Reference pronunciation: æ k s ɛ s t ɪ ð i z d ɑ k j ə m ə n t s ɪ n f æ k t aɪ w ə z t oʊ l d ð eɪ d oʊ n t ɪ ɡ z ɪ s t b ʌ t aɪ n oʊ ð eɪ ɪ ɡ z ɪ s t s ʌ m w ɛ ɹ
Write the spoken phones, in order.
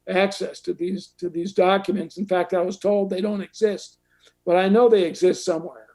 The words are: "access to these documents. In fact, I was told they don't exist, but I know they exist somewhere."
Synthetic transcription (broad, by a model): æ k s ɛ s t ɪ ð i z d ɑ k j ə m ə n t s n f æ k t aɪ w ə z t oʊ l d ð eɪ d oʊ n t ɪ ɡ z ɪ s t b ʌ t aɪ n oʊ ð eɪ ɪ ɡ z ɪ s t s ʌ m w ɛ ɹ